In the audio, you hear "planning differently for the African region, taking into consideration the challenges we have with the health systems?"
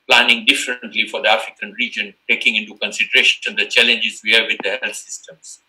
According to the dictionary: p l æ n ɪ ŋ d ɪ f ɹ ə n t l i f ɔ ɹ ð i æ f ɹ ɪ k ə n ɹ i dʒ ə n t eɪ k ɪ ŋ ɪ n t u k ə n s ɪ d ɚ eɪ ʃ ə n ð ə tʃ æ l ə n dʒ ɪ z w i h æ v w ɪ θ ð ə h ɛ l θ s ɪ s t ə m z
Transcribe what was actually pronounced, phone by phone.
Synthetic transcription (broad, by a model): p l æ n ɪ ŋ d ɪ f ɹ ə n t l i f ɔ ɹ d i æ f ɹ ɪ k ə n ɹ i dʒ ə n t eɪ k ɪ ŋ ɪ n t u k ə n s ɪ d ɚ eɪ ʃ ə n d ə tʃ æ l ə n dʒ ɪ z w i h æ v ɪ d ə h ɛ l s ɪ s t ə m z